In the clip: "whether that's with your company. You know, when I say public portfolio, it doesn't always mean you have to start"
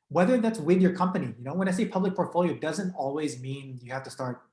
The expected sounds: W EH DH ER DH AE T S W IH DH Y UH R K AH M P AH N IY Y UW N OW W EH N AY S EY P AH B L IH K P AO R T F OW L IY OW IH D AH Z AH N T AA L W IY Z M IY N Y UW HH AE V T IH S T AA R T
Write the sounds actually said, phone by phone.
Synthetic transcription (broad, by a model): W EH DH ER DH AE T S W IH DH Y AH R K AH M P AH N IY Y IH N OW W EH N AY S EY P AH B L IH K P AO R T F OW L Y OW IH D AH Z AH N T AA L W IY Z M IY N Y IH HH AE F T IH S T AA R T